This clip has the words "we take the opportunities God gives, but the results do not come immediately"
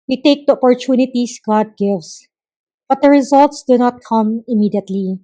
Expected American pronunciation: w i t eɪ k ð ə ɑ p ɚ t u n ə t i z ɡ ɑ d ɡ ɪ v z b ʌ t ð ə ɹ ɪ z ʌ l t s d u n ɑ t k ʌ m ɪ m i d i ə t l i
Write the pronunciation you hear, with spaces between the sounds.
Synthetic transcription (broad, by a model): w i t eɪ k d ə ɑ p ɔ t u n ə t i s ɡ ɑ d ɡ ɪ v s b ʌ t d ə ɹ ɪ z ʌ l t s d u n ɑ t k ʌ m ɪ m i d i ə t l i